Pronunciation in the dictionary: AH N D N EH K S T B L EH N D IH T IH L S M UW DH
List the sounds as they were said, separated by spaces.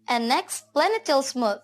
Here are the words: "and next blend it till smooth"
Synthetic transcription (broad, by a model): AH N N EH K S T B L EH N IH T IH L S M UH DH